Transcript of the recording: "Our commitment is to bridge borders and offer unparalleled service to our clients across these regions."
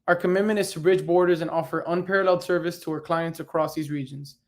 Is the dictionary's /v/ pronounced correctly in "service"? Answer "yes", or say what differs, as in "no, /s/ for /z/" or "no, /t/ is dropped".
yes